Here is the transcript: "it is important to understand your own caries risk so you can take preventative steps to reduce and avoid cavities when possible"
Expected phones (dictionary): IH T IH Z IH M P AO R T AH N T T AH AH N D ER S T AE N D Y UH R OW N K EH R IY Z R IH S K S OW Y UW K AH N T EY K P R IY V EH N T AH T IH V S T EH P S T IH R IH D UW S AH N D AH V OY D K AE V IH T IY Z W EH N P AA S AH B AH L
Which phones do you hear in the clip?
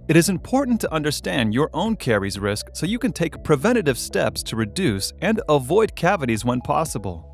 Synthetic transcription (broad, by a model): IH T IH Z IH M P AO R T N T T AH AH N D ER S T AE N D Y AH R OW N K EH R IY Z R IH S K S OW Y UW K AH N T EY K P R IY V EH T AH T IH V S T EH P S T IH R IH D UW S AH N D AH V OY D K AE V IH T IY Z W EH N P AA S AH B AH L